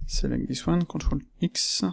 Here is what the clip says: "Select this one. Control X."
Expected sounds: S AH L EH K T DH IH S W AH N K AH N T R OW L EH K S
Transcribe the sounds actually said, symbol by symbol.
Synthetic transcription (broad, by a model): S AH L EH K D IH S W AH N K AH T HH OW L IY K S